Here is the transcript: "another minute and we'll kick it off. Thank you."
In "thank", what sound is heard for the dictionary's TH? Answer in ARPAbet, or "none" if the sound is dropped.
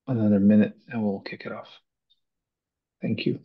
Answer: TH